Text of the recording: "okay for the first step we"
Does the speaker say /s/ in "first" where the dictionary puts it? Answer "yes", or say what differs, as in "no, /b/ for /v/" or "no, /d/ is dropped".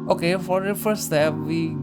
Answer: no, /s/ is dropped